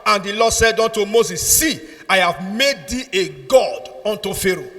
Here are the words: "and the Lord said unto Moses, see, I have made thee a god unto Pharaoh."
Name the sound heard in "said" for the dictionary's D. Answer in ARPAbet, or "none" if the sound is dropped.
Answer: D